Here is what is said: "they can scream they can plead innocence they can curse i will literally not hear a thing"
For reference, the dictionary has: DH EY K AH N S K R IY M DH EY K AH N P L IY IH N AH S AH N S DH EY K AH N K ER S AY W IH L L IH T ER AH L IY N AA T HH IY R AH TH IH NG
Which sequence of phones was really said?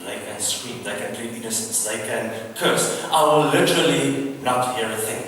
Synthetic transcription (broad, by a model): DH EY K AH N S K W IY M DH EY K AH N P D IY IH N AH S AH N S DH EY K AH N K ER S AY W IH L L IH T ER AH L IY N AA T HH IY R AH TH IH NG